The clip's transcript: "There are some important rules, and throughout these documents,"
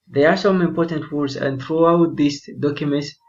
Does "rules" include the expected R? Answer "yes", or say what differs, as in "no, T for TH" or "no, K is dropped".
no, W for R